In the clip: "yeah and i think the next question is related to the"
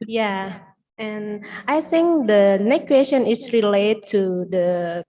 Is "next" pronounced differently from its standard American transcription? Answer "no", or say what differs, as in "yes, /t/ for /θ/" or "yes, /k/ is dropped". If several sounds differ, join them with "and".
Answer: yes, /s/ is dropped